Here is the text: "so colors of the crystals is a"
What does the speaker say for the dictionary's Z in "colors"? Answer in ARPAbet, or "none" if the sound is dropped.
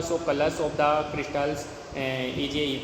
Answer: S